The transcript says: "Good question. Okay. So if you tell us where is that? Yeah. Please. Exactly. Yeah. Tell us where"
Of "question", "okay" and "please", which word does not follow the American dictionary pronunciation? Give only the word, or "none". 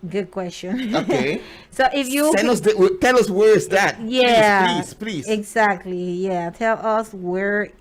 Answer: please